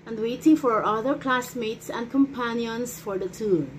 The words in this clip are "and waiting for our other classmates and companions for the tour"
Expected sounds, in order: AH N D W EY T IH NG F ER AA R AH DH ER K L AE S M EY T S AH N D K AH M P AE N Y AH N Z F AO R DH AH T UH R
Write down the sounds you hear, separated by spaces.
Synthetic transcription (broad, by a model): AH N D W EY T IH NG F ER AA R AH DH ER K L AE S M EY T S AH N D K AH M P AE N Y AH N S F AO R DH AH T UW